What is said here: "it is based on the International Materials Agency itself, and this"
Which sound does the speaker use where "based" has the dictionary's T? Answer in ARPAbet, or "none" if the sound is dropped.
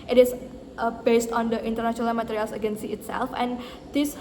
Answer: T